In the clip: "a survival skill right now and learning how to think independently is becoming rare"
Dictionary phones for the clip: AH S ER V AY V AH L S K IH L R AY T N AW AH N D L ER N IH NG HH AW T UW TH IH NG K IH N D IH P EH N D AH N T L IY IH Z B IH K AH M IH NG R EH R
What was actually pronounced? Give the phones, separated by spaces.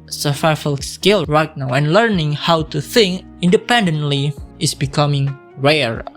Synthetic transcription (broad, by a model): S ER F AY F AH L S K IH L R AY T N AW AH N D L ER N IH NG HH AW T UW TH IH NG K IH N D IH P EH N D AH N T L IY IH S B IH K AH M IH NG R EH R